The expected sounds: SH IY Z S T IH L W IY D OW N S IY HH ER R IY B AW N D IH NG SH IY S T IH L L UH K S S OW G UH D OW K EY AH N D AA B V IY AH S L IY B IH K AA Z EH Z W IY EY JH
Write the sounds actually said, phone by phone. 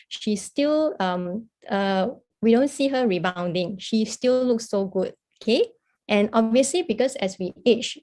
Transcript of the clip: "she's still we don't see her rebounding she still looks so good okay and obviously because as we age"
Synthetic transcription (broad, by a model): SH IY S T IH L W IY D OW N S IY HH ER R IY B AW N D IH NG SH IY S T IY L L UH K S S OW G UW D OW K EY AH N AA B V IY AH S L IY B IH K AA S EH S W IY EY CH